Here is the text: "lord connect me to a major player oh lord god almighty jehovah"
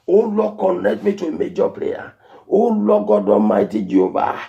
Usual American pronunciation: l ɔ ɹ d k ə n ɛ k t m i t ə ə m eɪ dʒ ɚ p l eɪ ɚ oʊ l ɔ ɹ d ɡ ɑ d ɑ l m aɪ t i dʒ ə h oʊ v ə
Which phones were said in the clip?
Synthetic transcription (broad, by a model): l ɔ k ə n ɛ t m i t ə ə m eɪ dʒ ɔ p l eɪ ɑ oʊ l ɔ ɡ ɑ d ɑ m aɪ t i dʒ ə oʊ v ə